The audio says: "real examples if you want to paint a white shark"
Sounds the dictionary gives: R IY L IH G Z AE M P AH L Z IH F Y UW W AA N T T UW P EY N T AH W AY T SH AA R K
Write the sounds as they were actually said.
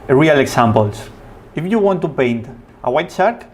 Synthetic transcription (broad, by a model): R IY L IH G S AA M P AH L S IH F Y UW W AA N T T UW P EY N T AH W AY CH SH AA R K